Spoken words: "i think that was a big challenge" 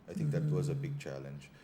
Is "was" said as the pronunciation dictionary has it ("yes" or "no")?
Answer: yes